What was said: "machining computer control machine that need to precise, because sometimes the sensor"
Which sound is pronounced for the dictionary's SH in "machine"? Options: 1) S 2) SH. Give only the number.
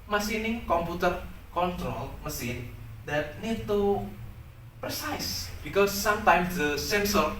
1